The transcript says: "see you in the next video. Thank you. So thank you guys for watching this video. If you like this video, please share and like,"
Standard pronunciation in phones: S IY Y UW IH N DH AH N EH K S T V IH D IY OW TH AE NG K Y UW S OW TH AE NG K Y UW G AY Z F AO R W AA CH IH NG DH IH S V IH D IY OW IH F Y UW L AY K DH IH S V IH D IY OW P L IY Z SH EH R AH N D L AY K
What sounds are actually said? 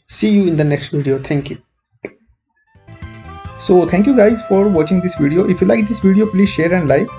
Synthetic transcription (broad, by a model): S IY Y UW IH N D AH N EH K S T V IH D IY OW T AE NG K Y UW S OW T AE NG K Y UW G AY Z F AO R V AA CH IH NG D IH S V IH D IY OW IH F Y UW L AY K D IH S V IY D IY OW P L IY Z SH EH R AH N D L AY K